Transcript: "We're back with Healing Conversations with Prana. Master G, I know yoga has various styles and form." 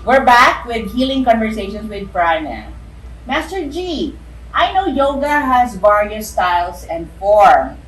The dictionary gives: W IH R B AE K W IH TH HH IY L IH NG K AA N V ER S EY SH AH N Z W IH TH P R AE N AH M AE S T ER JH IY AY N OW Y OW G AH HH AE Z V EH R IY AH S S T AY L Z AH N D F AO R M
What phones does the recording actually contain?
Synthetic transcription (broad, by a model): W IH R B AE K W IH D HH IY L IH NG K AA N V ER S EY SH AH N S W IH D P R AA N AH M AE S T ER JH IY AY N OW Y OW G AH HH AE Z B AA R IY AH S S T AY L S AH N D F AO R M